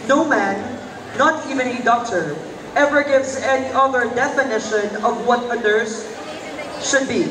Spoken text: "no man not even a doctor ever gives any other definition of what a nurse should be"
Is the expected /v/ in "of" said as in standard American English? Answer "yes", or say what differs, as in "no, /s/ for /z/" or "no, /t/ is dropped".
yes